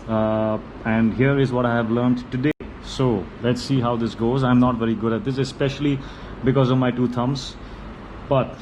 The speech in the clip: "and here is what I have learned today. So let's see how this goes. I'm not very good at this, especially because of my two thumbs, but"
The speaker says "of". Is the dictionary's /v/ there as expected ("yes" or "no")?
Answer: yes